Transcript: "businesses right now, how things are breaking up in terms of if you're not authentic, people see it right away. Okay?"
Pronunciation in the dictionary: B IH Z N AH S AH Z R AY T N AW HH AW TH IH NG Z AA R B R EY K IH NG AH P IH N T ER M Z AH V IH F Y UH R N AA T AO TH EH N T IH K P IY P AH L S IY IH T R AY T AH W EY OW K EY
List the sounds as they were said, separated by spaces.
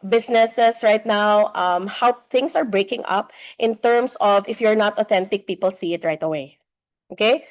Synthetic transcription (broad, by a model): B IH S N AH S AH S R AY T N AW HH AW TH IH NG S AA R B R EY K IH NG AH P IH N T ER M S AH V IH F Y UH R N AA T AO TH EH N T IH K P IY P AH L S IY IH T R AY T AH W EY OW K EY